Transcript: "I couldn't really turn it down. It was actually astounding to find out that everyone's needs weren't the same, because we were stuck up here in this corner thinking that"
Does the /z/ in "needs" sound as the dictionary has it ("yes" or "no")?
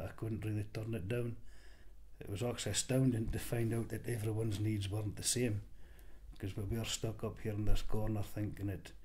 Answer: yes